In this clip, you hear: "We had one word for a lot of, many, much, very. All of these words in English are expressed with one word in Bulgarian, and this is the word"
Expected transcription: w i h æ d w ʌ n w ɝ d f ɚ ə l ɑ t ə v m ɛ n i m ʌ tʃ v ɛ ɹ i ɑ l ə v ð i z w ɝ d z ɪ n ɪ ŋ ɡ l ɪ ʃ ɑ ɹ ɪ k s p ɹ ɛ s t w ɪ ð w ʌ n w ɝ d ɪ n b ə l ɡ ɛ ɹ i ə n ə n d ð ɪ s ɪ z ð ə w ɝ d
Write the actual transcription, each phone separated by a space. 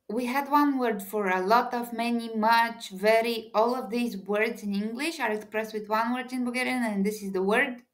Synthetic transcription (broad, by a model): w i h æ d w ʌ n w ɝ d f ɚ ə l ɑ t ə v m ɛ n i m ʌ tʃ v ɛ ɹ i ɑ l ə v ð i z w ɝ d z ɪ n ɪ ŋ ɡ l ɪ ʃ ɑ ɹ ɪ k s p ɹ ɛ s t w ɪ ð w ʌ n w ɝ d ɪ n b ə ɡ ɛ ɹ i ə n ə n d ð ɪ s ɪ z ð ə w ɝ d